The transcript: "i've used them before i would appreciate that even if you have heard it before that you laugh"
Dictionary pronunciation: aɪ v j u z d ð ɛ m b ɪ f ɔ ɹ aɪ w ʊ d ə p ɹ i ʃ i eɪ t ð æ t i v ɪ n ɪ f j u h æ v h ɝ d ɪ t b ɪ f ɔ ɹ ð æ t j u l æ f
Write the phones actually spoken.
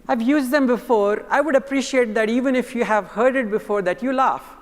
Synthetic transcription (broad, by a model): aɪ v j u z d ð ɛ m b ɪ f ɔ ɹ aɪ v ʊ d ə p ɹ i ʃ i eɪ t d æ t i v ɪ n ɪ f j u h æ v h ɝ d ɪ t b ɪ f ɔ ɹ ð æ t j u l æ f